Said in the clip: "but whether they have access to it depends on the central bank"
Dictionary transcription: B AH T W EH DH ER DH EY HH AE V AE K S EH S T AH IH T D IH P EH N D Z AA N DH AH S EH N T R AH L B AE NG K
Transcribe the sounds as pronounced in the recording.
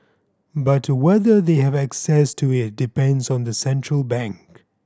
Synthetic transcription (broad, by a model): B AH T W EH DH ER DH EY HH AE V AE K S EH S T AH IH T D IH P EH N D Z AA N DH AH S EH N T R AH L B AE NG K